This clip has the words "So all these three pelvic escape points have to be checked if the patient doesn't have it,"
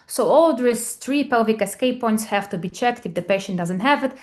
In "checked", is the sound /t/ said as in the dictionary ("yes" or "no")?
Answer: yes